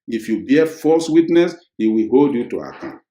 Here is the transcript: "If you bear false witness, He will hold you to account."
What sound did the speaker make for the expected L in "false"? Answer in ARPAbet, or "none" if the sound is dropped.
none